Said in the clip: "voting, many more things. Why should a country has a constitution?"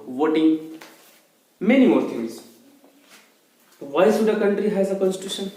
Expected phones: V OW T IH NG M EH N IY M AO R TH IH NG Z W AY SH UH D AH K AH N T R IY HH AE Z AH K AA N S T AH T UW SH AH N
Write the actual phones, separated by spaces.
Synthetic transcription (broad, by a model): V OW T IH NG M EH N IY M AO R T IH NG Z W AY S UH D AH K AH N T R IY HH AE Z AH K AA N S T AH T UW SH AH N